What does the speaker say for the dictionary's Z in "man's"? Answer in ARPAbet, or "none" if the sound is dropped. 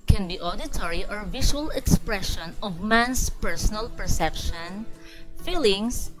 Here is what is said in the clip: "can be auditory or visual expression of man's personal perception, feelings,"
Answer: S